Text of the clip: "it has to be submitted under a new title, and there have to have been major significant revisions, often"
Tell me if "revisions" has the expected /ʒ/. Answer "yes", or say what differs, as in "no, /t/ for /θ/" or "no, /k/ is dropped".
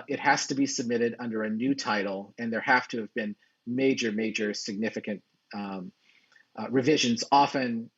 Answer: yes